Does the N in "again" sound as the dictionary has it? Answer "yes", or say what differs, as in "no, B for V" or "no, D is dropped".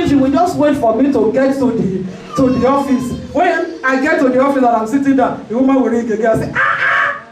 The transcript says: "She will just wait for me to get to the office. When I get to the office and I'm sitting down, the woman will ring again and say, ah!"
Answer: no, N is dropped